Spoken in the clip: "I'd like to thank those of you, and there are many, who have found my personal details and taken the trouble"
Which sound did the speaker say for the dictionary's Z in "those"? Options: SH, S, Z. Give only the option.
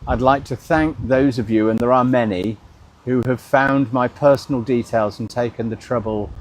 Z